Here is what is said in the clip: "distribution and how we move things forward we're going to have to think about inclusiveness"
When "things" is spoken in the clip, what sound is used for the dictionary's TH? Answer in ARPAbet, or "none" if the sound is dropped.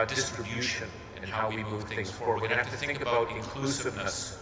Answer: TH